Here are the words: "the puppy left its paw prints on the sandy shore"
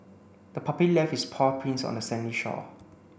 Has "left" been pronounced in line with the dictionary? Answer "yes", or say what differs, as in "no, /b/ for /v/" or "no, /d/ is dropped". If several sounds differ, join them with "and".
no, /t/ is dropped